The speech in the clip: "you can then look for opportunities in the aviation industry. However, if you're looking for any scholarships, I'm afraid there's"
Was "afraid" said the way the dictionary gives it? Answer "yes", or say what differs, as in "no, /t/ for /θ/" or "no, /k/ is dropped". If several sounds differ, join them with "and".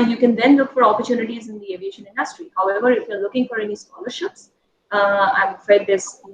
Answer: no, /ɹ/ is dropped